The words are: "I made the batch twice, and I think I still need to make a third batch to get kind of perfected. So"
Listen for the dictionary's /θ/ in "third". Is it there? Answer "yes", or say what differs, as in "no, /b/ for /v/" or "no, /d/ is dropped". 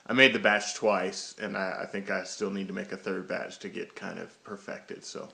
yes